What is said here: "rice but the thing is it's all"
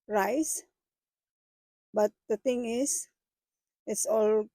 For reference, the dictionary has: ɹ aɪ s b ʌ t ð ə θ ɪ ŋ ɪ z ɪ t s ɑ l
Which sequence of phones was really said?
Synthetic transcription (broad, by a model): ɹ aɪ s b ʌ t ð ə t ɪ ŋ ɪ s ɪ t s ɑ l